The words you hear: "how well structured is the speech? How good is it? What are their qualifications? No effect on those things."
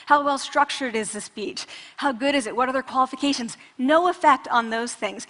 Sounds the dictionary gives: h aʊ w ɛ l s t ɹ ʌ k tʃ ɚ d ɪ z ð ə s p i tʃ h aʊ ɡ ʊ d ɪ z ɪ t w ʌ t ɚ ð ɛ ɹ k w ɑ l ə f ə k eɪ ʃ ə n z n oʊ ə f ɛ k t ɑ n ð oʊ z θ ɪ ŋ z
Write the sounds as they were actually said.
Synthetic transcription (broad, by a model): h aʊ w ɛ l s t ɹ ʌ k tʃ ɚ d ɪ z ð ə s p i tʃ h aʊ ɡ ʊ d ɪ z ɪ t w ʌ t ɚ ð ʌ ɹ k w ɑ l ə f ə k eɪ ʃ ə n z n oʊ ə f ɛ k t n ð oʊ z θ ɪ ŋ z